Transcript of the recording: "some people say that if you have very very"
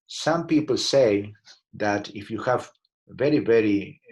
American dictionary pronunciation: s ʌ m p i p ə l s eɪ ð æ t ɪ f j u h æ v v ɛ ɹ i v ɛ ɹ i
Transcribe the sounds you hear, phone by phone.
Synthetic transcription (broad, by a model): s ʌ m p i p ə l s eɪ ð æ t ɪ f j u h æ v v ɛ ɹ i v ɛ ɹ i